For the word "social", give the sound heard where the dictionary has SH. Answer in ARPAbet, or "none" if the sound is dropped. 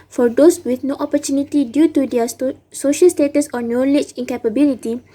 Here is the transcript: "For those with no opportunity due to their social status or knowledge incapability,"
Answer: SH